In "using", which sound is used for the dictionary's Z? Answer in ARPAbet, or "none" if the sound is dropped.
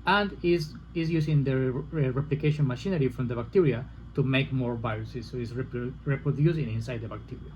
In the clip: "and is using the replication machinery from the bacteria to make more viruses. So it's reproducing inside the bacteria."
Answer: S